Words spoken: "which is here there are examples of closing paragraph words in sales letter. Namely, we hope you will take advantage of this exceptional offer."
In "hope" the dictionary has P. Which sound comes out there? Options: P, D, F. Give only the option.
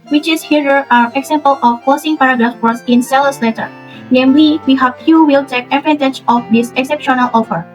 F